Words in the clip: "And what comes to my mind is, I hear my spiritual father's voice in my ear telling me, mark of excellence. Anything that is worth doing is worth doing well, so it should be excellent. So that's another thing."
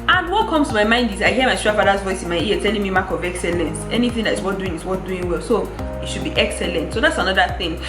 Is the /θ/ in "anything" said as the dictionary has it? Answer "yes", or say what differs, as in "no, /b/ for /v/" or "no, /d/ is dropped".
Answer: yes